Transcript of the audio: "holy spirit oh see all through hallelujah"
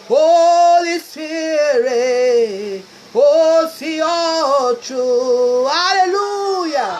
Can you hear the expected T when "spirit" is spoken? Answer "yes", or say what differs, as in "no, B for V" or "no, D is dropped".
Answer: no, T is dropped